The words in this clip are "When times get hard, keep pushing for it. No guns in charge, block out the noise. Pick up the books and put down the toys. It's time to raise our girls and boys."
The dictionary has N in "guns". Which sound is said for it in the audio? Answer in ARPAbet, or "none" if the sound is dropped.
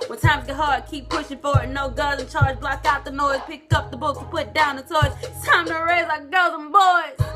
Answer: none